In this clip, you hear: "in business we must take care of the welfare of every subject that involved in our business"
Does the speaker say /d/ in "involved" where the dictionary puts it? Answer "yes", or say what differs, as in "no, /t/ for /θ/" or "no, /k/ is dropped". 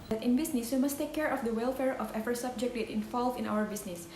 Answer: no, /d/ is dropped